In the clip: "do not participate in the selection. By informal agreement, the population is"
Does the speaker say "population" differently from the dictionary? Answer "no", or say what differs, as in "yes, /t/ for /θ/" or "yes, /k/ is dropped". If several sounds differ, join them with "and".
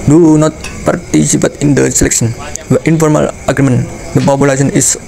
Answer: yes, /s/ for /ʃ/